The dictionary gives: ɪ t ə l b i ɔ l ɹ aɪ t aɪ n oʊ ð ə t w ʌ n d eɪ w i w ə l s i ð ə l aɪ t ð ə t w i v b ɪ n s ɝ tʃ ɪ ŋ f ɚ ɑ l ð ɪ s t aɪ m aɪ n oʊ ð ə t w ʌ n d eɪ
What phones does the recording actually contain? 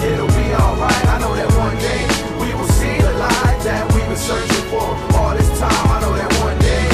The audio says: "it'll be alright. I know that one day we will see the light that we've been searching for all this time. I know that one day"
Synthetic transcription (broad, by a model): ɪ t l b i ɔ l ɹ aɪ t aɪ n oʊ ð ə t w ʌ n d eɪ w i w ə l s i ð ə l aɪ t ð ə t w i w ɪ s ɝ tʃ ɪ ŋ f ɚ ɑ l ð ɪ s t aɪ m aɪ n oʊ ð ə t w ʌ n d eɪ